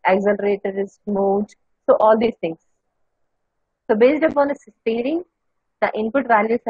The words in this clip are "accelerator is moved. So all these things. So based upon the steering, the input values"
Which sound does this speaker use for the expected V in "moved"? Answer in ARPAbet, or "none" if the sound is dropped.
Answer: none